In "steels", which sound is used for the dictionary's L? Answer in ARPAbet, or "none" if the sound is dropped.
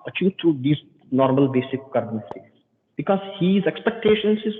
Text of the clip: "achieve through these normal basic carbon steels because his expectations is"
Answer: none